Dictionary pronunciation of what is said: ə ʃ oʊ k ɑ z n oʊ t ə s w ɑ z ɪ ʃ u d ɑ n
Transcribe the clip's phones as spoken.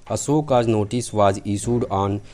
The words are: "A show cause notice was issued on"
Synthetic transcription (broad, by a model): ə s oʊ k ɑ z n oʊ t ə s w ɑ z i s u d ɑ n